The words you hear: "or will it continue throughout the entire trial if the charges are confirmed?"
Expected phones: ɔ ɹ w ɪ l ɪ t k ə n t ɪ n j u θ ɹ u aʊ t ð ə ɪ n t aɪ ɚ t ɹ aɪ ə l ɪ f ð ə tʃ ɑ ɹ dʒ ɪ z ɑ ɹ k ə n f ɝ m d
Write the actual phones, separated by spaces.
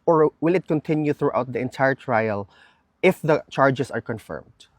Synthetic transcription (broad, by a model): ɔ ɹ w ɪ l ɪ t k ə n t ɪ n j u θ ɹ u aʊ t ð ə ɪ n t aɪ ɚ t ɹ aɪ ə l ɪ f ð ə tʃ ɑ ɹ dʒ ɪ s ɑ ɹ k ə n f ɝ m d